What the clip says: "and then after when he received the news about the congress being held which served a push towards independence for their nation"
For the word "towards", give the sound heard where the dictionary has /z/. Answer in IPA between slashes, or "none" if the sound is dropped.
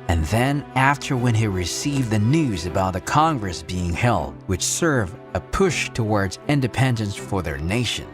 /z/